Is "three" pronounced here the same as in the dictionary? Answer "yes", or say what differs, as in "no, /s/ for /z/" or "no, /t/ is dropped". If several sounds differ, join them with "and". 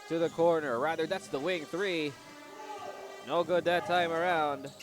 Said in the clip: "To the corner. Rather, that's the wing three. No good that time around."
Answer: yes